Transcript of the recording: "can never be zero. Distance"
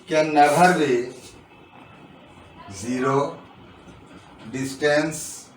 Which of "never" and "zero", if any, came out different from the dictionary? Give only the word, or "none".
never